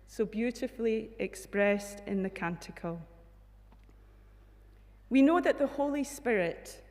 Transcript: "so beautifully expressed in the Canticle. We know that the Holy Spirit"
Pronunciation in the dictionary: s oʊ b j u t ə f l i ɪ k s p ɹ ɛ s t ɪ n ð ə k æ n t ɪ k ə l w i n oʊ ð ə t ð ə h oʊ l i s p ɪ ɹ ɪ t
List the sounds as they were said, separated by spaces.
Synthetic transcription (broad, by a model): s oʊ b j u t ə f l i ɪ k s p ɹ ɛ s t ɪ n ð ə k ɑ n t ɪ k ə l w i n oʊ ð ə t ð ə h oʊ l i s p ɪ ɹ ɪ t